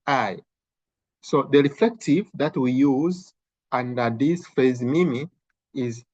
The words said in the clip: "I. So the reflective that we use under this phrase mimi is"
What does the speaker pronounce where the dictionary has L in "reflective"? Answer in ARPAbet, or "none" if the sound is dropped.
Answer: L